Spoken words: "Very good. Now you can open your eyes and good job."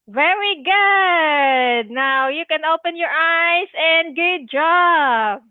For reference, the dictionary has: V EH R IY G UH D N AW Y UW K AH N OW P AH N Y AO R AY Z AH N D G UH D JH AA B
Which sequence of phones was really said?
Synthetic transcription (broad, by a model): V EH R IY G UH D N AW Y UW K AH N OW P AH N Y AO R AY S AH N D G UH D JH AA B